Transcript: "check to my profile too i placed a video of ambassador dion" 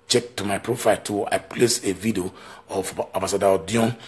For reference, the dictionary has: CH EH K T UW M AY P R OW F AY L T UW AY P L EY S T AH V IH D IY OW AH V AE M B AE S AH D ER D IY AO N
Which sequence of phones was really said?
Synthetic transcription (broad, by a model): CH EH K T UW M AY P R OW F AY L T UW AY P L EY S AH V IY D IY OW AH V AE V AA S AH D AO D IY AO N